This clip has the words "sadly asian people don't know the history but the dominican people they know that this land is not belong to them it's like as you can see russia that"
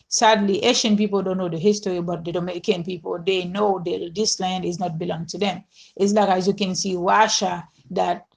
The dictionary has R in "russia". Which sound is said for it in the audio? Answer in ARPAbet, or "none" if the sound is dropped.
W